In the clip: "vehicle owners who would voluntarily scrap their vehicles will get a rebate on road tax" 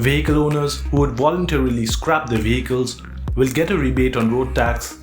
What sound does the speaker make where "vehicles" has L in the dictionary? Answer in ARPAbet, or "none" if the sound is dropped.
L